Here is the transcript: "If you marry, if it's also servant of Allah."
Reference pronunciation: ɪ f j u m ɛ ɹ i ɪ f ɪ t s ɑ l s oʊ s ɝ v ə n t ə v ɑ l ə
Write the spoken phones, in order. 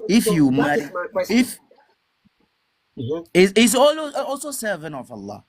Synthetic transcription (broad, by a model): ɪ f j u m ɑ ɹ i ɪ f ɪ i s ɑ l s oʊ s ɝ v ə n ə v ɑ l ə